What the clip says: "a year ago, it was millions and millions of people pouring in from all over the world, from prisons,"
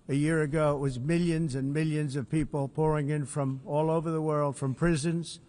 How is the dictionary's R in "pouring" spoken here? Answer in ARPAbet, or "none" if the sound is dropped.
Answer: R